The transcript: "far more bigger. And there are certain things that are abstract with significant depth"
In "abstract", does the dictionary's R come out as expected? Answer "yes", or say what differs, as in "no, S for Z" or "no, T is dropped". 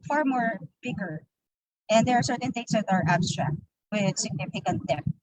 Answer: yes